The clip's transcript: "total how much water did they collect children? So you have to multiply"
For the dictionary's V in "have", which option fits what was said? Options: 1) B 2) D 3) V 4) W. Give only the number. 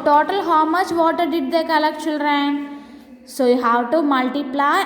4